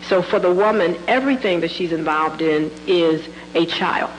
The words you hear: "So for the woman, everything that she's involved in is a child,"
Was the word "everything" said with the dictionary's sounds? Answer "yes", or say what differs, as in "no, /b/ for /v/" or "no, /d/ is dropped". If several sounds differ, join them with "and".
yes